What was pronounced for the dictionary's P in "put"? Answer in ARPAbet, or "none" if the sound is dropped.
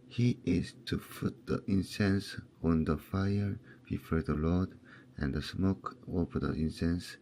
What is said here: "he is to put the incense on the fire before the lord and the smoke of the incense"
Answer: F